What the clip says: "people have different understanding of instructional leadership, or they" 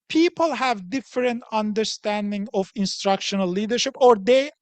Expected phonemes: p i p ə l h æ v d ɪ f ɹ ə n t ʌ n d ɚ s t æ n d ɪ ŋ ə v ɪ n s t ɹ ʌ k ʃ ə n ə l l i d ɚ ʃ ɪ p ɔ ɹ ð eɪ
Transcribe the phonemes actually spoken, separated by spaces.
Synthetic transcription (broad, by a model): p i p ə l h æ v d ɪ f ɹ ə n t ʌ n d ɚ s t æ n d ɪ ŋ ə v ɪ n s t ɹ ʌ k ʃ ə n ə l l i d ɚ ʃ ɪ p ɔ ɹ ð eɪ